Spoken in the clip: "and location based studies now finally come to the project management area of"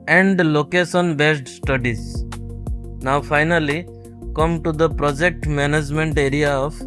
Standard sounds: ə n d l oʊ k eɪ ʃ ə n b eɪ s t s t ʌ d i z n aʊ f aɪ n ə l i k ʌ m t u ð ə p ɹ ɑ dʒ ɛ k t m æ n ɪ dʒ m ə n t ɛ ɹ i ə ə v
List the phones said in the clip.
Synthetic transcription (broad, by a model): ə n d l oʊ k eɪ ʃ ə n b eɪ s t s t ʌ d i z n aʊ f aɪ n ə l i k ʌ m t u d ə p ɹ ɑ dʒ ɛ k t m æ n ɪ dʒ m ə n t ɛ ɹ i ə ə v